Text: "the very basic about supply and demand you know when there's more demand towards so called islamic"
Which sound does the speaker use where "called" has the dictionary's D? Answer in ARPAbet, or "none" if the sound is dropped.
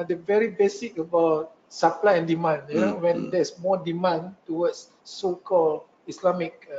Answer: none